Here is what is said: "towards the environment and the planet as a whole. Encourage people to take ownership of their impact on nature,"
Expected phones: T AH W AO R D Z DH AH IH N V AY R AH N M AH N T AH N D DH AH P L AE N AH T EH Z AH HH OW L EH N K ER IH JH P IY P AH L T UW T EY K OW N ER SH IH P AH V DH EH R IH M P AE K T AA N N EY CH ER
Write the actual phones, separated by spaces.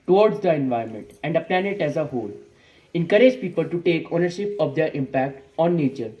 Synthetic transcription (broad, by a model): T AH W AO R D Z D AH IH N V AY AH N M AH N T AH N D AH P L AE N AH T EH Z AH HH OW L EH N K ER IH JH P IY P AH L T UW T EY K OW N ER SH IH P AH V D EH R IH M P AE K T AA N N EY CH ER